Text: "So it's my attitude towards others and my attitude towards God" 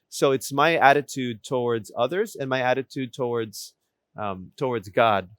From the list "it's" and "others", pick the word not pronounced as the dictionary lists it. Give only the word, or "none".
none